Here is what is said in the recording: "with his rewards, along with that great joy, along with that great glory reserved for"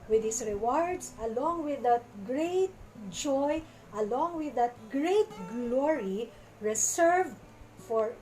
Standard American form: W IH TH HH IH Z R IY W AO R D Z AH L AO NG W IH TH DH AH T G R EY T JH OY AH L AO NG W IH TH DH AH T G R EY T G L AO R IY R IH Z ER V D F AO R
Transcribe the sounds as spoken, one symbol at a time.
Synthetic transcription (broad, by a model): W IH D HH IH S R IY W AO R D S AH L AO NG W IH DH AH T G R EY T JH OY AH L AO NG W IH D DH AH T G R EY T G L AO R IY R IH S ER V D F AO R